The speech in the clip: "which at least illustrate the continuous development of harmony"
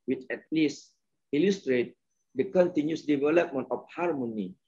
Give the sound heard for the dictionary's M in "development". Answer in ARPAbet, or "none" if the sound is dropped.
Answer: M